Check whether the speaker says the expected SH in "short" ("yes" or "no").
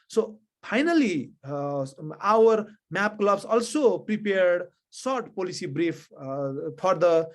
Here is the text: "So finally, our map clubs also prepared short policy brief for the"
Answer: no